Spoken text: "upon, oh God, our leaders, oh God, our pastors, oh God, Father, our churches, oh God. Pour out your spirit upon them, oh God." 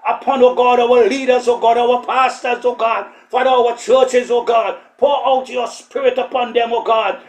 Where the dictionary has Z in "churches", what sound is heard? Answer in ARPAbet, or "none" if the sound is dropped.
Z